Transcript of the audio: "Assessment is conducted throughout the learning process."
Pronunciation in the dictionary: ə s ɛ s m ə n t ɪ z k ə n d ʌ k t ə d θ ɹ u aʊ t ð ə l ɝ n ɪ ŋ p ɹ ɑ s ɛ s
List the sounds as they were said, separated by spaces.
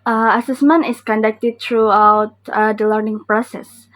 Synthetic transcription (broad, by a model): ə s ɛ s m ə n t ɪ s k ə n d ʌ k t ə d t ɹ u aʊ t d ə l ɝ n ɪ ŋ p ɹ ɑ s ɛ s